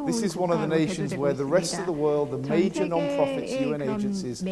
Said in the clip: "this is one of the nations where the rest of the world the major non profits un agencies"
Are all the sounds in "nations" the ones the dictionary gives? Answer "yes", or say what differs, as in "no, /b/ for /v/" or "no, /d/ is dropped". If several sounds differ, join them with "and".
yes